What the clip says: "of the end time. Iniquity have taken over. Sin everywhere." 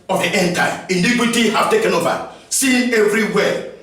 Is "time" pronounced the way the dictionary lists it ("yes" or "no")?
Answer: no